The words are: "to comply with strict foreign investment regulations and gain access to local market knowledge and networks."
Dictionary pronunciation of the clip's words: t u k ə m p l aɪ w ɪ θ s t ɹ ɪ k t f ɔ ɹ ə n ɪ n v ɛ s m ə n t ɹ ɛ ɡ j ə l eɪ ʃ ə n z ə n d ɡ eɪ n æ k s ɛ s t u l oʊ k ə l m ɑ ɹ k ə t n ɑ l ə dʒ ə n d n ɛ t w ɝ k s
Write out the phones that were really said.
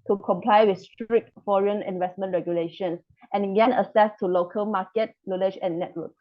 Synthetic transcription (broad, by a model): t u k ə m p l aɪ w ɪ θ s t ɹ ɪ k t f ɔ ɹ ə n ɪ n v ɛ s m ə n t ɹ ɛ ɡ j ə l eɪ ʃ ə n s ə n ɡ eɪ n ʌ s ɛ s t u l oʊ k ə l m ɑ k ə t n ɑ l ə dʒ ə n n ɛ t w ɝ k